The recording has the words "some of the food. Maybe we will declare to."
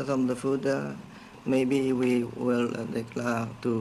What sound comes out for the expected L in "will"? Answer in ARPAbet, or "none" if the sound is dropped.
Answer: L